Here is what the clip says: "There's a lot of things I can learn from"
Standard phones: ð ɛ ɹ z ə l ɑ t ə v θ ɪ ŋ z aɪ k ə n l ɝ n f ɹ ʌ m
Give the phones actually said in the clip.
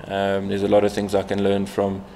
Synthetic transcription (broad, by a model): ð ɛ z ə l ɑ t ə v θ ɪ ŋ z aɪ k ə n l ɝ n f ɹ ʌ m